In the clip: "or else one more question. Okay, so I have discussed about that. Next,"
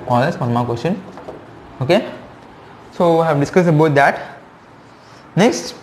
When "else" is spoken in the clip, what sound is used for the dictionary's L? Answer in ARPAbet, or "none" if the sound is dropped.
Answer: none